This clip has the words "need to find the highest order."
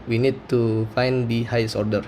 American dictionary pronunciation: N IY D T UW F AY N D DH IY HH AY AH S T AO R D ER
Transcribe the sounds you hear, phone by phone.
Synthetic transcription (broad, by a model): N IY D T UW F AY N D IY HH AY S AO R D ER